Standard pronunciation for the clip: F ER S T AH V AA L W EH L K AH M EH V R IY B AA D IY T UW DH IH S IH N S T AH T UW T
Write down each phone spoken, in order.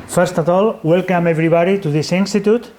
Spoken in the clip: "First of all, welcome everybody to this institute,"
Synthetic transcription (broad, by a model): F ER S T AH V AA L W EH L K AH M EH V R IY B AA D IY T UW DH IH S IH N S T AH T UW T